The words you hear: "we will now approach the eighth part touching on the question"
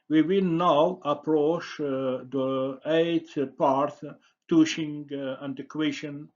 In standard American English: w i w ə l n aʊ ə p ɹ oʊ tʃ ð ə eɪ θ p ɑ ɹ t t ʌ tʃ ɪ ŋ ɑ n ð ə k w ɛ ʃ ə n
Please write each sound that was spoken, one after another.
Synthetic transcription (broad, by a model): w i w ə l n aʊ ə p ɹ oʊ tʃ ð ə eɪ t p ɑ ɹ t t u ʃ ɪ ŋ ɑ n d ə k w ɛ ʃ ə n